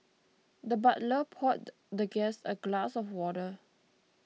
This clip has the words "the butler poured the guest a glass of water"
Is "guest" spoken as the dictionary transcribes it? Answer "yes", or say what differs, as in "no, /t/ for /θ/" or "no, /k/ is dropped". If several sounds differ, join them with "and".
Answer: no, /t/ is dropped